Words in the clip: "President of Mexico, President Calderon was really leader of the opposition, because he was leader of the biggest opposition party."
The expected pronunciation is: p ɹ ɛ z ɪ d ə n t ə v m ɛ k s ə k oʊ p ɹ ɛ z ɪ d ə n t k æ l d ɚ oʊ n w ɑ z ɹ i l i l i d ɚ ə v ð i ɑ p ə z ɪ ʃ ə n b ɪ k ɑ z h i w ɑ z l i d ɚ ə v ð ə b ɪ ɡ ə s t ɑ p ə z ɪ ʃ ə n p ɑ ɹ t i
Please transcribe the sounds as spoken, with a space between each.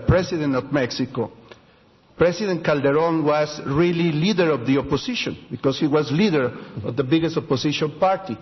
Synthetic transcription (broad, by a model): p ɹ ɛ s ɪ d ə n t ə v m ɛ k s ə k oʊ p ɹ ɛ s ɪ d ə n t k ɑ l d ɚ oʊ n w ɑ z ɹ i l i l i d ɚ ə v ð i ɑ p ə s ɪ ʃ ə n b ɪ k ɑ s h i w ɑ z l i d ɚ ə v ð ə b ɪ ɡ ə s t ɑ p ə s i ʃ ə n p ɑ ɹ t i